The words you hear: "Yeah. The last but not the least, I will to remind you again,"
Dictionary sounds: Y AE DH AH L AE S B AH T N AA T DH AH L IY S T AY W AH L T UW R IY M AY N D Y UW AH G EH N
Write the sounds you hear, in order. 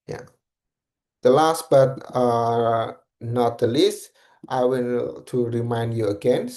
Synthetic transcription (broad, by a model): Y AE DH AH L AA S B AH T N AA T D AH L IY S T AY W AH N T UW R IY M AY N D Y UW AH G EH N